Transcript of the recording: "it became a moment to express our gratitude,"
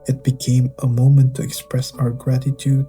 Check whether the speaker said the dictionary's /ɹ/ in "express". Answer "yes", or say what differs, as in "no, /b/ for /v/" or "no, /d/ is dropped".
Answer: yes